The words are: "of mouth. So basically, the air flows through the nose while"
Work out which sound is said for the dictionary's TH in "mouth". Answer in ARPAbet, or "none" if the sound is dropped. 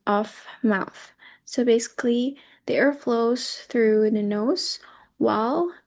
TH